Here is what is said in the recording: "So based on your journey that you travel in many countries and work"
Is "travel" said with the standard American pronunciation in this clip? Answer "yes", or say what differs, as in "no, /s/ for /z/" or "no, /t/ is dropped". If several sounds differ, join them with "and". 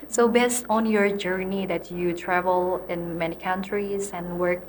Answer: yes